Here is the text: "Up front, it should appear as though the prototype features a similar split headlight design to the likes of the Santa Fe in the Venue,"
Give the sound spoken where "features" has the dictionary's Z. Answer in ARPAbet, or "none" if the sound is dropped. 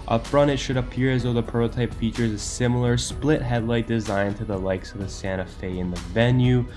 Z